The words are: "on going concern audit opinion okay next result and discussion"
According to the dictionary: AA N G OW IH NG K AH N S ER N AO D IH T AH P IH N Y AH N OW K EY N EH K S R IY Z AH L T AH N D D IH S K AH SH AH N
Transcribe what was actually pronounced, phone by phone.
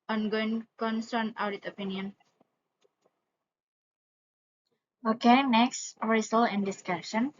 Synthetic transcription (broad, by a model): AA N G OW IH NG K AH N S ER N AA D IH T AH P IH N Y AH N OW K EY N EH K S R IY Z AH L AH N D D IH S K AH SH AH N